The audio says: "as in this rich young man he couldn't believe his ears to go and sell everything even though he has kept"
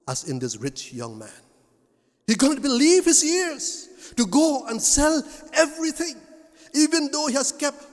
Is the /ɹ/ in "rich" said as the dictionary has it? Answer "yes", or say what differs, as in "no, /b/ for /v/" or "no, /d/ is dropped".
yes